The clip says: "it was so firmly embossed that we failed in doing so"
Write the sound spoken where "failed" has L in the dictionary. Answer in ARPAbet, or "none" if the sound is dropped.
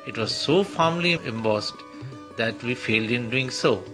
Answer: L